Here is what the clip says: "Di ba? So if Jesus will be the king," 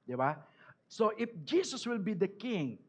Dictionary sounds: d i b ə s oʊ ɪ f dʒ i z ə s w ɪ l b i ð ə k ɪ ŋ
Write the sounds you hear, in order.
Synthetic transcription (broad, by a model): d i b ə s oʊ ɪ f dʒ i s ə s w ɪ l b i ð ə k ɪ ŋ